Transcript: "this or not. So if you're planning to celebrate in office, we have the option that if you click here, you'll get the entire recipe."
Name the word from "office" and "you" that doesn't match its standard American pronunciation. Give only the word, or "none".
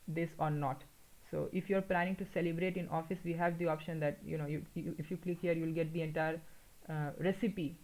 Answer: none